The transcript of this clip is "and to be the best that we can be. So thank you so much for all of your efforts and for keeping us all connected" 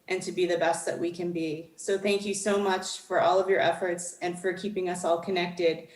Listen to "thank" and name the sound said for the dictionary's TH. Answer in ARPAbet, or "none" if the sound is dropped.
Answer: TH